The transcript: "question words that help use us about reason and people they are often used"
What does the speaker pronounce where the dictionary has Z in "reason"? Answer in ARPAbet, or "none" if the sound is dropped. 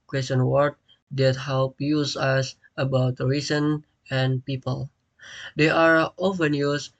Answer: S